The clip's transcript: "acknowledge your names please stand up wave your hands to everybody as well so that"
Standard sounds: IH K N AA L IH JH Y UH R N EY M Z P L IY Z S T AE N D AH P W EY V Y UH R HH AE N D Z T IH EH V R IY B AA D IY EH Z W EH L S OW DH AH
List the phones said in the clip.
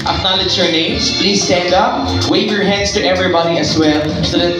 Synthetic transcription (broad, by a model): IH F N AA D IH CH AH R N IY Z P L IY Z S T AE N D AH P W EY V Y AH R HH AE N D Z T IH EH V R IY B AA D IY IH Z W EH L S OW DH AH